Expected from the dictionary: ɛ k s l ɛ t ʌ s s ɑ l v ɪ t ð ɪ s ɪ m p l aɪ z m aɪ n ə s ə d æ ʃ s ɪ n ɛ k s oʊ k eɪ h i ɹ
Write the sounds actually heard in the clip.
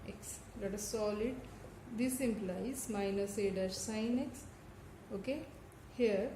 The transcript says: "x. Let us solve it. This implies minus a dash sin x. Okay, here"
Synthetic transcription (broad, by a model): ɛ k s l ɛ t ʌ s s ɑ l ɪ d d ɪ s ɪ m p l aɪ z m aɪ n ə s ə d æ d s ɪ n ɛ k s oʊ k eɪ h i ɹ